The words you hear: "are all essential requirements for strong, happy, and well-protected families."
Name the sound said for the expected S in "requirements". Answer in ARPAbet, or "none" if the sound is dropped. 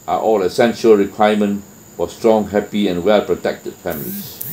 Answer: none